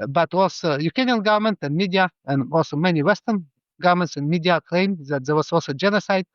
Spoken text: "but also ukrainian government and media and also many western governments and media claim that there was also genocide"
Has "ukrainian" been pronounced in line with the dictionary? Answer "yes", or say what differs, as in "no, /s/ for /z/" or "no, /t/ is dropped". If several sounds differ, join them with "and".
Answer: no, /ɹ/ is dropped